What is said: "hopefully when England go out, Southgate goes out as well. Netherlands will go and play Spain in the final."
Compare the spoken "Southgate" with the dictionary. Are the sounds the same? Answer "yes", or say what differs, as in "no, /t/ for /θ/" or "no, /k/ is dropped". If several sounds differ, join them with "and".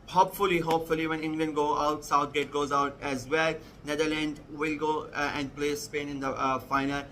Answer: no, /t/ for /θ/